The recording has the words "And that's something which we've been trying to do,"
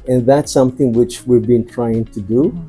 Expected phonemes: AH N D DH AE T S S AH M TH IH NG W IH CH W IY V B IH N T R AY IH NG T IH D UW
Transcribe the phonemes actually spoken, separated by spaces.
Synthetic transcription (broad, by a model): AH N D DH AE T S S AH M TH IH NG W IH CH W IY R B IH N T R AY IH NG T IH D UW